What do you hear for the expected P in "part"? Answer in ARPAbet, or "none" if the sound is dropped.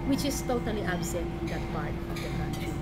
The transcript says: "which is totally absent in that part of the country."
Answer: B